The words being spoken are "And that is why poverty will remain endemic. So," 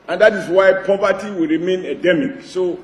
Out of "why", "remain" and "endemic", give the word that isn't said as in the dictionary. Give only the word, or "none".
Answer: endemic